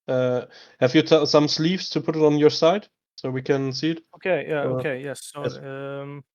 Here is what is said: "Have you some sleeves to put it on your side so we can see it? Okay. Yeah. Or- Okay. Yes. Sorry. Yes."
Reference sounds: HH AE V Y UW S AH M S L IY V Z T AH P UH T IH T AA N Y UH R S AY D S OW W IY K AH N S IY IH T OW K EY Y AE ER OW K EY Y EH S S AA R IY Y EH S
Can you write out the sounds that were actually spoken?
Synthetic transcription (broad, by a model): HH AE V Y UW S AH M S L IY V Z T AH P UH T IH T N Y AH R S AY D S OW W IY K AH N S IY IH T OW K EY Y AE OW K EY Y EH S S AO IY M